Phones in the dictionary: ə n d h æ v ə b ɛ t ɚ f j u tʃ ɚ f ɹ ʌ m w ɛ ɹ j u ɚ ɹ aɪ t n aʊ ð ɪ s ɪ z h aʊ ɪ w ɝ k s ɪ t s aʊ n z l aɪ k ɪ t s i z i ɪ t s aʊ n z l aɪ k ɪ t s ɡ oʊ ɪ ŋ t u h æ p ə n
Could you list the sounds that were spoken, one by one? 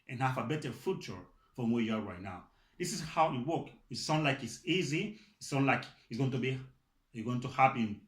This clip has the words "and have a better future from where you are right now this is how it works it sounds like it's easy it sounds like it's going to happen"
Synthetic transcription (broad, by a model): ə n h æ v ə b ɛ t ɚ f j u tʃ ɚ f ɹ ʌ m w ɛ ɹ j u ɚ ɹ aɪ t n aʊ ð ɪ s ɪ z h aʊ ɪ w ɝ k ɪ t s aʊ n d l aɪ k ɪ t s i z i ɪ t s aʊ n l aɪ k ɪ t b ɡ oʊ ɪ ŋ t u h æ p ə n